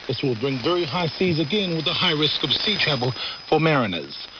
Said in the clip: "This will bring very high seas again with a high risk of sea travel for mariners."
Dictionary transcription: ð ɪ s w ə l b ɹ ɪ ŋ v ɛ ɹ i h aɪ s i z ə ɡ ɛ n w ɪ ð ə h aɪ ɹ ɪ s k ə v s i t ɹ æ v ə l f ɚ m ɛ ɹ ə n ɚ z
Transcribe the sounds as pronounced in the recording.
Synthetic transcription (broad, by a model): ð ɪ s w ə l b ɹ ɪ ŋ v ɛ ɹ i h aɪ s i z ə ɡ ɛ n w ɪ ð ə h aɪ ɹ ɪ s k ə v s i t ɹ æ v l f ɚ m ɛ ɹ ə n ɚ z